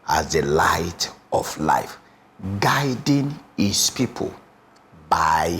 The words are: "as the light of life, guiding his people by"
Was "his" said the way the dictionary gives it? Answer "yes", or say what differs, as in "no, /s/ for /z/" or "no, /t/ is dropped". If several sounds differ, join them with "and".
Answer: no, /s/ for /z/